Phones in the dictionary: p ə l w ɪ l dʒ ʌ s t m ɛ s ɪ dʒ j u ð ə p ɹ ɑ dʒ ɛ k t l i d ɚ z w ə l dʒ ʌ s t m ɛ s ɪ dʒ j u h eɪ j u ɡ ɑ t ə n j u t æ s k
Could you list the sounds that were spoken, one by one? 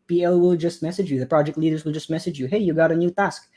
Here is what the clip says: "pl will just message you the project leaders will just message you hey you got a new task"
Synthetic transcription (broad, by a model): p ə l w ɪ l dʒ ʌ s t m ɛ s ɪ dʒ j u ð ə p ɹ ɑ dʒ ɛ k t l i d ɚ z w ə l dʒ ʌ s t m ɛ s ɪ dʒ j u h eɪ j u ɡ ɑ t ə n j u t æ s k